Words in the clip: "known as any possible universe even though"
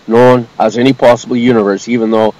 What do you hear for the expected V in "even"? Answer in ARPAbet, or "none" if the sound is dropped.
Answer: V